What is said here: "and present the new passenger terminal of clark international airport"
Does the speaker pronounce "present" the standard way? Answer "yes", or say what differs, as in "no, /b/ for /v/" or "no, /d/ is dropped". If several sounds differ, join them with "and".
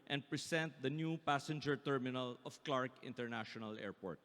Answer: no, /s/ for /z/